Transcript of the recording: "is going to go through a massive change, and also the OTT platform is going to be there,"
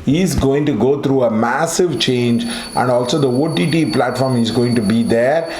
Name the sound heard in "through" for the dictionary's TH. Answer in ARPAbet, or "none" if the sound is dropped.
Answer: T